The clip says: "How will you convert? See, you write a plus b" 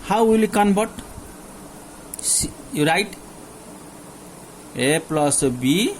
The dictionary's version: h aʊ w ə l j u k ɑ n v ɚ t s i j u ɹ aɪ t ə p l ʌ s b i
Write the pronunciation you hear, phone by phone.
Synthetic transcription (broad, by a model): h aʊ w ə l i k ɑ n b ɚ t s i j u ɹ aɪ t ə p l ʌ s b i